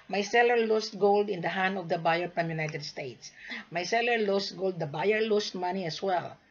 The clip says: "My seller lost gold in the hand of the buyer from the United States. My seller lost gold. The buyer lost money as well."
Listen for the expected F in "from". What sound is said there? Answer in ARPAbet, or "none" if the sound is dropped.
P